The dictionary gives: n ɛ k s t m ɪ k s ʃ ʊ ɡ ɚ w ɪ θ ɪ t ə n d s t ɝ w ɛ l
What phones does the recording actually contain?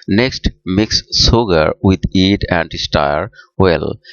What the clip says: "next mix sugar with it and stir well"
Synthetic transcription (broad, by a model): n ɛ k s t m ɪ k s s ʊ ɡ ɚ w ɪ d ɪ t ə n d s t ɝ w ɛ l